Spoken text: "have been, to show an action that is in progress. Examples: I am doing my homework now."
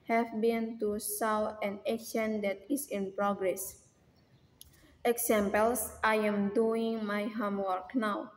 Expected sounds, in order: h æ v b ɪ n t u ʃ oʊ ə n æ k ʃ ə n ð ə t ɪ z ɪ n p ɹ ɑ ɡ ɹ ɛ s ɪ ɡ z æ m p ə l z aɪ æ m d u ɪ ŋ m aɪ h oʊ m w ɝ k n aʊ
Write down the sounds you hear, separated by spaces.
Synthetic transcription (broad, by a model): h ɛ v b ɪ n t u s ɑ ə n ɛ ʃ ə n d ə t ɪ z ɪ n p ɹ ɑ ɡ ɹ ɛ s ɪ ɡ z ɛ m p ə l s aɪ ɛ m d u ɪ ŋ m aɪ h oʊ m w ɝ k n aʊ